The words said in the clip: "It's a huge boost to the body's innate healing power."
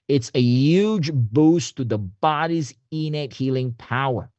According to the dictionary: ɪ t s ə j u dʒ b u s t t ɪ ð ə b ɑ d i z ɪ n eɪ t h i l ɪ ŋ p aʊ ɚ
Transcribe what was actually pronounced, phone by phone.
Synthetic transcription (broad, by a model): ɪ t s ə j u dʒ b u s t t ɪ ð ə b ɑ d i z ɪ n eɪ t h i l ɪ ŋ p aʊ ɚ